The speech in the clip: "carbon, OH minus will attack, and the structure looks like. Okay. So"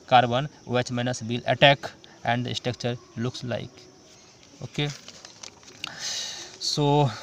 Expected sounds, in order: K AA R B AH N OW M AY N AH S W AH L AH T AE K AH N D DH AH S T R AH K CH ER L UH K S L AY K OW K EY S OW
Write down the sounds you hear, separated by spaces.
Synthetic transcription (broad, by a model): K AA R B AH N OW M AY N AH S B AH L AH T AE K AH N D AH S T AH K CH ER L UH K S L AY K OW K EY S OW